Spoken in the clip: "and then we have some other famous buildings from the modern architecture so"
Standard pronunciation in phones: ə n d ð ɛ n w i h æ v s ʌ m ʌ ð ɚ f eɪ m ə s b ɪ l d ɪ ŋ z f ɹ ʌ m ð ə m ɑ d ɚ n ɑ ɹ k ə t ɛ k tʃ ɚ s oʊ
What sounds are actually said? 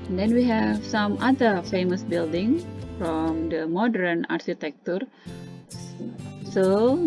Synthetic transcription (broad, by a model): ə n d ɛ n w i h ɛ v s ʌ m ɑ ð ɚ f eɪ m ə s b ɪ l d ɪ ŋ f ɹ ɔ m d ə m ɑ d ɚ n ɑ ɹ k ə t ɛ k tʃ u s oʊ